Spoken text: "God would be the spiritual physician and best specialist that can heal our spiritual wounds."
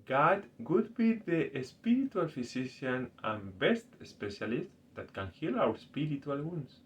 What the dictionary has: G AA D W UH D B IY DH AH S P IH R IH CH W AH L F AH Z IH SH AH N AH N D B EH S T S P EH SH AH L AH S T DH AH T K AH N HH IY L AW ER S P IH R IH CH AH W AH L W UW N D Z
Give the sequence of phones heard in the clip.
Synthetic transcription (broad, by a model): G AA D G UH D B IY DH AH S P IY R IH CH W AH L F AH S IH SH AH N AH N B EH S T S P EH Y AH L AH S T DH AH T K AH N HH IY L AW ER S P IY R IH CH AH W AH L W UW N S